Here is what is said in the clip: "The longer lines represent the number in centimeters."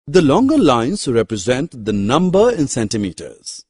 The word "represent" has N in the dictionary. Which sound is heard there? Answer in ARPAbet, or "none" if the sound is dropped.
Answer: N